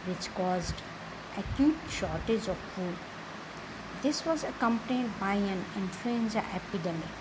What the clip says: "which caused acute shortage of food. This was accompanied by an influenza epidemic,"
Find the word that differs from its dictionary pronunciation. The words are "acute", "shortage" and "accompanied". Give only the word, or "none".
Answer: none